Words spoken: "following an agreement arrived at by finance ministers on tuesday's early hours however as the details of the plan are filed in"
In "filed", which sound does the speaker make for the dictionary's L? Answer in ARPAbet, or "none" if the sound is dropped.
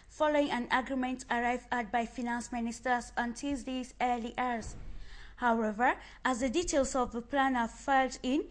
L